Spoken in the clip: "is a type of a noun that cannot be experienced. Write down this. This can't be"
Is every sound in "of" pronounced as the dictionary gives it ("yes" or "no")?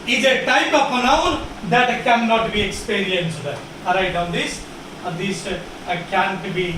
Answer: no